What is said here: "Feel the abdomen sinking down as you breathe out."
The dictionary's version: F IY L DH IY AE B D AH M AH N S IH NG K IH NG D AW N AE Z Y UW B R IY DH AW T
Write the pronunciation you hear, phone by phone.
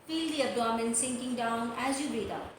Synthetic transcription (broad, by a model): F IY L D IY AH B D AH M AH N S IH NG K IH NG D AW N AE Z Y UW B IY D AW